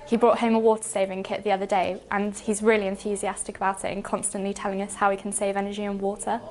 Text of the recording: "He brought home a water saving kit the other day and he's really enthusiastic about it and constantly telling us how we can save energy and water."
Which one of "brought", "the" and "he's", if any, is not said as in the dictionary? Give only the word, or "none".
none